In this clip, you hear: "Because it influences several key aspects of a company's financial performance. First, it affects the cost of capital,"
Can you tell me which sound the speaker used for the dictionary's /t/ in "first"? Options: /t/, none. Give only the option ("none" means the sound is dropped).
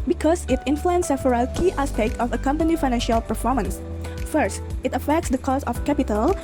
/t/